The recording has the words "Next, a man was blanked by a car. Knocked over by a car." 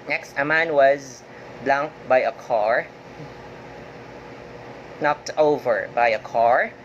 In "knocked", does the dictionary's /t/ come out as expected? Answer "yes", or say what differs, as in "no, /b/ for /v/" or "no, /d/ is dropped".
yes